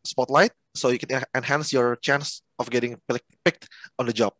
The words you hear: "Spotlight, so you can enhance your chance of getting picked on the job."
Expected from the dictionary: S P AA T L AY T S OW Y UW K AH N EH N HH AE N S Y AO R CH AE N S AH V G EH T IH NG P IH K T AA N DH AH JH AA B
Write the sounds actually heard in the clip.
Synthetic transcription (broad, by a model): S P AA T L AY T S OW Y UW K AH N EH N HH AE N S Y AO R CH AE N S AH F G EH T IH NG P IH K T AA N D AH JH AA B